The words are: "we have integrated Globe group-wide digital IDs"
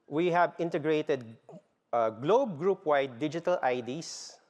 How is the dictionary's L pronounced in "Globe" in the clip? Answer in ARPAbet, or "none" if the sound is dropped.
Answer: L